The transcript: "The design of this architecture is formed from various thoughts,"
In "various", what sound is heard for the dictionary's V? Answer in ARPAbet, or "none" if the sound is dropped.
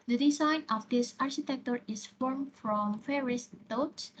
F